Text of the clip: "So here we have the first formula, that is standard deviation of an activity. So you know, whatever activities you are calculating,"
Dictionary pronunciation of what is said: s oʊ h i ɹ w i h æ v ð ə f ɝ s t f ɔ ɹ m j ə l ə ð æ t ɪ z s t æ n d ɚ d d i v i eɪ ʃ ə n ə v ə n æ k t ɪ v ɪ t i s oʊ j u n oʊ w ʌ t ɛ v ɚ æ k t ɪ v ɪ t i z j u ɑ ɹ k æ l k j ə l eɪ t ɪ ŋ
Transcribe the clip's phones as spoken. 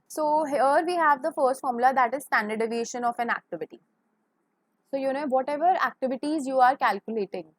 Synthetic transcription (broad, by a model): s oʊ h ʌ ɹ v i h æ v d ə f ɝ s t f ɔ ɹ m l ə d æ t ɪ z s t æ n d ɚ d d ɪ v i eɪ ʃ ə n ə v ə n æ k t ɪ v ɪ t i s oʊ j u n oʊ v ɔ t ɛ v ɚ æ k t ɪ v ɪ t i z j u ɑ ɹ k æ l k j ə l eɪ t ɪ ŋ